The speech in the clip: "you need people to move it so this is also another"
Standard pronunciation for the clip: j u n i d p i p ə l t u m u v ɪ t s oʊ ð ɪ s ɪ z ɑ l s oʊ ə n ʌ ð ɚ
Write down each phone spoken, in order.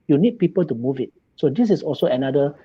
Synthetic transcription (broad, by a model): j u n i d p i p ə l t u m u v ɪ t s oʊ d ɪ s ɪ s ɑ l s oʊ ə n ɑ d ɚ